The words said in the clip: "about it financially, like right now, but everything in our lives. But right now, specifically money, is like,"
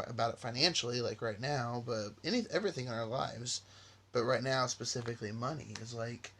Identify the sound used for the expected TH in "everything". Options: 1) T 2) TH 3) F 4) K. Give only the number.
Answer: 2